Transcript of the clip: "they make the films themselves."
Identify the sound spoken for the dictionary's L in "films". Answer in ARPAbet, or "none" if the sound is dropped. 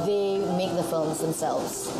L